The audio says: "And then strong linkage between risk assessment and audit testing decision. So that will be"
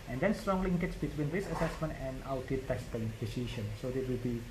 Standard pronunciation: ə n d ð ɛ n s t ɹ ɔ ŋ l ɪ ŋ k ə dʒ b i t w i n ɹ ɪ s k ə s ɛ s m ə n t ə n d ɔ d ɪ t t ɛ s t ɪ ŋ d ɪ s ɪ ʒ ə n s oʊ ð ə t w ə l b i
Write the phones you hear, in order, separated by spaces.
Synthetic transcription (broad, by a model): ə n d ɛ n s t ɹ ɔ ŋ l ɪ ŋ k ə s b i t w i n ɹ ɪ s ə s ɛ s m ə n t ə n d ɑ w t t ɛ s t ɪ ŋ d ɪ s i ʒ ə n s oʊ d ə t w ə l b i